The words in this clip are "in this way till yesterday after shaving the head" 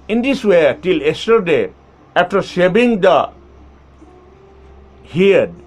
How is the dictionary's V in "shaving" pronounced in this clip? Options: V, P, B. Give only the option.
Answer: B